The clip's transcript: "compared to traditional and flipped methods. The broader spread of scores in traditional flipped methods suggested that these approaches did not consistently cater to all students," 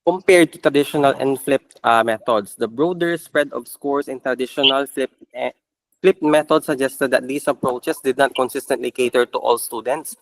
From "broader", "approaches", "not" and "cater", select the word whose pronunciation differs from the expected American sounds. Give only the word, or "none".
approaches